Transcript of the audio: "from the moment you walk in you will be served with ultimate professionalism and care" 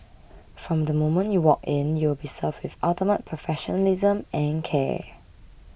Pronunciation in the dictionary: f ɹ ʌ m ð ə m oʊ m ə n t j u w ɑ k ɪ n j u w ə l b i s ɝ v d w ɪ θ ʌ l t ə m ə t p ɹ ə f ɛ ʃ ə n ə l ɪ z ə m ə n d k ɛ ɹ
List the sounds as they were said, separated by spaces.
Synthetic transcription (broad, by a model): f ɹ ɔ m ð ə m oʊ m ə n t j u w ɑ k ɪ n j u w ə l b i s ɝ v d w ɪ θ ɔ t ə m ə t p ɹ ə f ɛ ʃ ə n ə l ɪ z ə m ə n k ɛ